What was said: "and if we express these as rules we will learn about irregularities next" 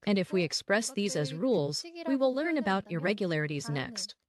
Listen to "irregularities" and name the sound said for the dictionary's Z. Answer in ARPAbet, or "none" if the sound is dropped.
Z